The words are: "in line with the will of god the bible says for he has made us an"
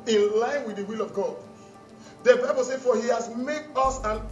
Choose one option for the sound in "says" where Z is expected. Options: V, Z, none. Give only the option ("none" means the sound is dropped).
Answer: none